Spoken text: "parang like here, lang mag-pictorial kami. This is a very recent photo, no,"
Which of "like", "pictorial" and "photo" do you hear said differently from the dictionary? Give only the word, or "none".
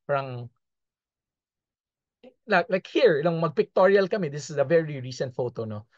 none